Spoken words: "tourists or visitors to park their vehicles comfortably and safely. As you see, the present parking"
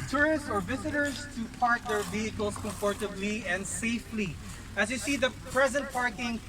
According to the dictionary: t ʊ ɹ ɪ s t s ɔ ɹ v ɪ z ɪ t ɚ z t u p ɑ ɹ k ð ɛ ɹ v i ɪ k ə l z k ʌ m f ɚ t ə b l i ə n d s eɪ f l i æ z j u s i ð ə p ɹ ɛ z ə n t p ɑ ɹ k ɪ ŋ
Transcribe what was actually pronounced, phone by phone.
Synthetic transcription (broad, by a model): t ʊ ɹ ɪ s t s ɔ ɹ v ɪ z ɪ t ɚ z t u p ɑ ɹ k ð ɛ ɹ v i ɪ k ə l s k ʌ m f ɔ t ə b l i ə n d s eɪ f l i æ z j u s i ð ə p ɹ ɛ z ə n t p ɑ ɹ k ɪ ŋ